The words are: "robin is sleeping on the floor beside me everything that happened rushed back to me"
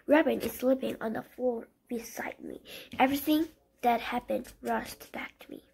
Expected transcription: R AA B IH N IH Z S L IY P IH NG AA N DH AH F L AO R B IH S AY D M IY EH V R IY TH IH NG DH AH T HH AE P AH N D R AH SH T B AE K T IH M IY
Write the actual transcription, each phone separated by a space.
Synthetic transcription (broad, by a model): R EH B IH N IH Z S L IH P IH NG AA N DH AH F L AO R B IH S AY D M IY EH V R IY TH IH NG DH AH T HH AE P AH N D R AH SH T B AE K T IH M IY